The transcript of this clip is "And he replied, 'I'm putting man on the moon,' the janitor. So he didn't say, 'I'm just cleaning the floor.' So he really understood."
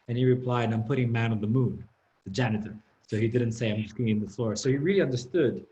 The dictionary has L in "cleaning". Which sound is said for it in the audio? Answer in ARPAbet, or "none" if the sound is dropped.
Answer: none